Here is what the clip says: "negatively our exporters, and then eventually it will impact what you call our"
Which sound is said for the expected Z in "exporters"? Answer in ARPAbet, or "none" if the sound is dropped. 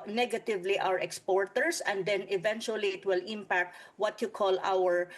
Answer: S